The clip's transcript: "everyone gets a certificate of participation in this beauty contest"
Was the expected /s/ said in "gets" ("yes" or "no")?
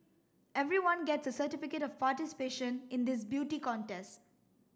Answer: yes